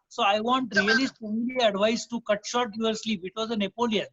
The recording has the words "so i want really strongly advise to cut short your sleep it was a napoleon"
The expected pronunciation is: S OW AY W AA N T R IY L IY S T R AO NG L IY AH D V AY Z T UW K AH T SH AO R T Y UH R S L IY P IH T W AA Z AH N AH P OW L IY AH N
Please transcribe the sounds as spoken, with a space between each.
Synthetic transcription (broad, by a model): S OW AY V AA N T R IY L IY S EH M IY L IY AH D V AY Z T UW K AH T SH AO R T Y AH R S L IY P IH T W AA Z AH N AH P OW L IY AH N